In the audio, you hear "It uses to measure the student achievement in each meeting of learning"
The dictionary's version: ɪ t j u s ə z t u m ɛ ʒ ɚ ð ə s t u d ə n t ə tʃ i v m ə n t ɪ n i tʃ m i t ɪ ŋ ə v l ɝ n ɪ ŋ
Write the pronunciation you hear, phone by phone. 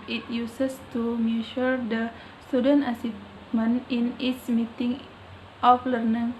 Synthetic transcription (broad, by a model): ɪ t j u s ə s t u m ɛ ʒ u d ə s t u d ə n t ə s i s m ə n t ɪ n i s m i t ɪ ŋ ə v l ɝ n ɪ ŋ